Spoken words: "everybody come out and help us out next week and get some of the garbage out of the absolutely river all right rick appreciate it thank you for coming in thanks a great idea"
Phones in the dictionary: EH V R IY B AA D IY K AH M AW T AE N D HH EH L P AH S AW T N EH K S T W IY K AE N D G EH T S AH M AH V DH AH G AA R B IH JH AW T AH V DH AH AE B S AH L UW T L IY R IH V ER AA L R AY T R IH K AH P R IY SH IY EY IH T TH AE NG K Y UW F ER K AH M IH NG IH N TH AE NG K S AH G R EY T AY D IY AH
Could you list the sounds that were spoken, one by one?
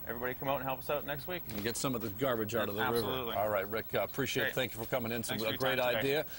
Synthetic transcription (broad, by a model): EH V R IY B AA D IY K AH M AW T N HH EH L P AH S AW T N EH K S T W IY K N G EH T S AH M AH V DH AH G AA R B IH JH AW T AH V DH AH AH R IH V ER AA L R AY T R IH K AH P R IY SH IY EY IH T TH AE NG K Y UW F ER K AH M IH NG IH N S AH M AH G R EY T AY D IY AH